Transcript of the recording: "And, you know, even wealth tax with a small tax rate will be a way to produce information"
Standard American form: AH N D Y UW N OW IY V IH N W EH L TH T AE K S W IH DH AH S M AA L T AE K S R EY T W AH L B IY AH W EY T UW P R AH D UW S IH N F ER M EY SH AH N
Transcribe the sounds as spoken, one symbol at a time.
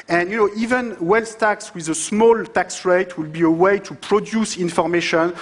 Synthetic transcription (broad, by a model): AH N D Y UW N OW IY V IH N W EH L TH T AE K S W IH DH AH S M AA L T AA K S R EY T W AH L B IY AH W EY T UW P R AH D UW S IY N F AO M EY SH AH N